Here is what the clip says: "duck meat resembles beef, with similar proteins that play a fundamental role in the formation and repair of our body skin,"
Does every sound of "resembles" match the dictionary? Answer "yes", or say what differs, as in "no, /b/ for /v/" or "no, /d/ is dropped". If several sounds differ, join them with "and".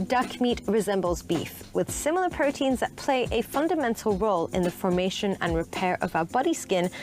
yes